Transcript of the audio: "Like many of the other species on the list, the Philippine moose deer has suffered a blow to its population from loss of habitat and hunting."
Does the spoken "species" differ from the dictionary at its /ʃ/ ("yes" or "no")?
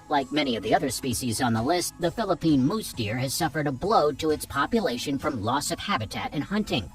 no